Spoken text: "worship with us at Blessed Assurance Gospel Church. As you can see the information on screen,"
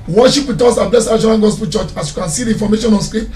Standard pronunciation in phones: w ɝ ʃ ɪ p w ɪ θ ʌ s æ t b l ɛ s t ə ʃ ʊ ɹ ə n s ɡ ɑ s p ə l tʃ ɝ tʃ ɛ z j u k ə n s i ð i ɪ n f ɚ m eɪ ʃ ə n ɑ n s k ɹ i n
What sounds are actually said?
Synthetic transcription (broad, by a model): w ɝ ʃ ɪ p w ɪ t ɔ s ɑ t b l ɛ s ə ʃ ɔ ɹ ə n ɡ ɑ s p ə l tʃ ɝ tʃ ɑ s j u k ə n s i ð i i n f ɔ m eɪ ʃ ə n ɑ n s k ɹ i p